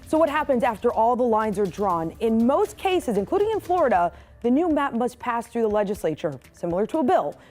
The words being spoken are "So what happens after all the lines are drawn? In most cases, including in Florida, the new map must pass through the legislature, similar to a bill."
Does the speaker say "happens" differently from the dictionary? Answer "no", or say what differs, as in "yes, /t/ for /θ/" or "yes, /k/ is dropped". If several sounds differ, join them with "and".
no